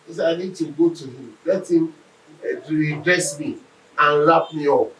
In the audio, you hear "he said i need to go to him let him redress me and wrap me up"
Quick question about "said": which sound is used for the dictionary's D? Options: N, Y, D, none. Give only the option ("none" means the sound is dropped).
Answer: none